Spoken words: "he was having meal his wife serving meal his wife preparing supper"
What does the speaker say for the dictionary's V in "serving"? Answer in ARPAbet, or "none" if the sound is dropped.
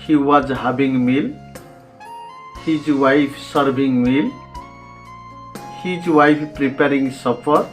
B